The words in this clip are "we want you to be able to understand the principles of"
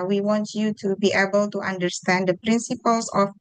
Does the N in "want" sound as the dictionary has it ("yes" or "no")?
yes